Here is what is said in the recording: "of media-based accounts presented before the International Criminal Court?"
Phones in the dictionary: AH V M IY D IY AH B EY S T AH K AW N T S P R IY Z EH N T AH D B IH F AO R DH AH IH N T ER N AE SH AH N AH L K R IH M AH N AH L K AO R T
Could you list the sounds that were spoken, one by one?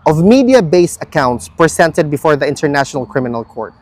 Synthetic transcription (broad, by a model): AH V M IY D IY AH B EY S AH K AW N T S P R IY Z EH N T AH D B IH F AO R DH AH IH N T ER N AE SH AH N AH L K R IH M AH N AH L K AO R T